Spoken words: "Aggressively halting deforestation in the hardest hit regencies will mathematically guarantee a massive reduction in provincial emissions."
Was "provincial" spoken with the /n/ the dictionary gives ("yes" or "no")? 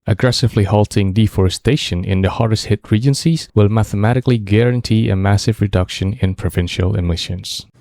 yes